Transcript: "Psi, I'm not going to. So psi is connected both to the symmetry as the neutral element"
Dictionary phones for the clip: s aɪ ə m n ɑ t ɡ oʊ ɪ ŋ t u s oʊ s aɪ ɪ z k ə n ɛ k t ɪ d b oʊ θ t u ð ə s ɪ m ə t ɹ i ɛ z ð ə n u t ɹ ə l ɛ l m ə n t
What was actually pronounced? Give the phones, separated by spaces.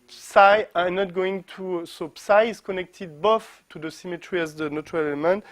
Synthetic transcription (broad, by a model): s aɪ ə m n ɑ t ɡ oʊ ɪ ŋ t u s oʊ s aɪ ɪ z k ə n ɛ k t ɪ d b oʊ f t u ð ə s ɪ m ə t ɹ i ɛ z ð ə n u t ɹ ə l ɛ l m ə n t